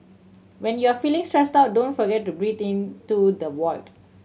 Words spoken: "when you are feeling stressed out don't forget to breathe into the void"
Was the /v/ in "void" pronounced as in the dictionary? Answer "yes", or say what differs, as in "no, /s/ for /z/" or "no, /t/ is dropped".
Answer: no, /w/ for /v/